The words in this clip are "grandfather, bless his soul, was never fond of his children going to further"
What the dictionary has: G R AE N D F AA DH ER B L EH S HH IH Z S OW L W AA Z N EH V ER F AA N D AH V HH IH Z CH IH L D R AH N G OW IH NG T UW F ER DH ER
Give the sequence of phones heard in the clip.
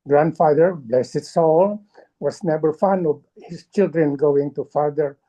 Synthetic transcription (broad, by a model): G R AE N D F AA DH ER B L EH S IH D S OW L W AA S N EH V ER F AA N AH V HH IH S CH IH L D R AH N G OW IH NG T UW F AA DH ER